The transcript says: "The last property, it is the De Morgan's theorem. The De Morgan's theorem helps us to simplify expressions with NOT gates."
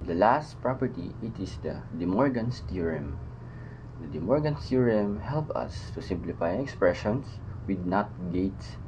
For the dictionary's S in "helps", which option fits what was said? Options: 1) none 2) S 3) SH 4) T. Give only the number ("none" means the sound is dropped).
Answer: 1